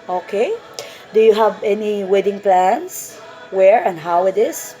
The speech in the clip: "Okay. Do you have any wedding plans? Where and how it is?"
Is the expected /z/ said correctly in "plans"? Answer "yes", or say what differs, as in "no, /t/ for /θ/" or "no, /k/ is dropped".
no, /s/ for /z/